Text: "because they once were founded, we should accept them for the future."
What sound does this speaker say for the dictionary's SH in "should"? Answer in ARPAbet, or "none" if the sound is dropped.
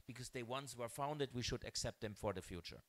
SH